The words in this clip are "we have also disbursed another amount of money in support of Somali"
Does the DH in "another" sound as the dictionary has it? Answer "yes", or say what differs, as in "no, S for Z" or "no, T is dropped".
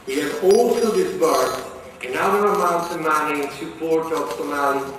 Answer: no, DH is dropped